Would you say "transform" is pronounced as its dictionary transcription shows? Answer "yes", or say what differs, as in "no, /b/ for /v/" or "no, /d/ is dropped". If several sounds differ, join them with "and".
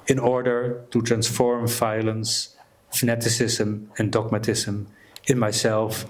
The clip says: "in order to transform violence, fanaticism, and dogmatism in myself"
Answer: yes